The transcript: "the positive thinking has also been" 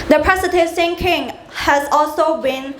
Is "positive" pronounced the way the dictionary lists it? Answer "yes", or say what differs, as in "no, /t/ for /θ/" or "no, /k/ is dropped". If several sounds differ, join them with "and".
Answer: no, /s/ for /t/